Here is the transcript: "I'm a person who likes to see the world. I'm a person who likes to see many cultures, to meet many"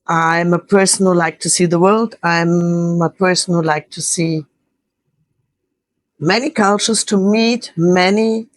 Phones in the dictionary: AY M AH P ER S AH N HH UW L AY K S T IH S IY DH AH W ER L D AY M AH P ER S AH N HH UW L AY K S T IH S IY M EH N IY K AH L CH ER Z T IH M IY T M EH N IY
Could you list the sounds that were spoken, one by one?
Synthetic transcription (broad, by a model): AY M AH P ER S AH N HH UW L AY K T IH S IY DH AH W ER L D AY M AH P ER S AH N HH UW L AY K T IH S IY M EH N IY K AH L CH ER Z T IH M IY T M EH N IY